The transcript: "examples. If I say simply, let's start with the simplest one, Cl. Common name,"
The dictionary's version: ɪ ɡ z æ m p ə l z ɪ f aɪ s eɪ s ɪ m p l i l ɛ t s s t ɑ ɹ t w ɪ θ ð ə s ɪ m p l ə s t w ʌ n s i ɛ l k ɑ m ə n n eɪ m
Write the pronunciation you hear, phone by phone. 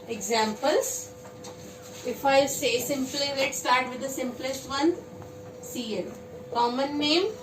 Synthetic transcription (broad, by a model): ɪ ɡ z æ m p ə l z ɪ f aɪ s eɪ s ɪ m p l i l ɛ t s s t ɑ ɹ t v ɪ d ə s ɪ m p l ə s t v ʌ n s i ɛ n k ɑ m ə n n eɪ m